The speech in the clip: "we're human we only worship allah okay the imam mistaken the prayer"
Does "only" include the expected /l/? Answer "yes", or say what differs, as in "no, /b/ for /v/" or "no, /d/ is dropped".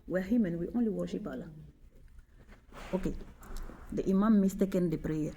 yes